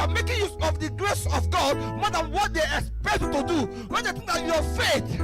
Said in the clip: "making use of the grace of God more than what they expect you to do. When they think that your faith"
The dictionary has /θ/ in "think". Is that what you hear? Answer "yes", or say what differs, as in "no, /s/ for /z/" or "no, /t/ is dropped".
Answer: no, /t/ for /θ/